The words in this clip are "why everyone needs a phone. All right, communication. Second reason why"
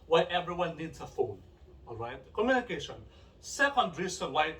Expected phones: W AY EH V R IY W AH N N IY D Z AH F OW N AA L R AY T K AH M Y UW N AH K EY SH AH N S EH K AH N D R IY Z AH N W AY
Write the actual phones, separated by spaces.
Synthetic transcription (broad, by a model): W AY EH V R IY W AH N N IY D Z AH F OW N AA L R AY T K AH M Y UW N AH K EY SH AH N S EH K AH N D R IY S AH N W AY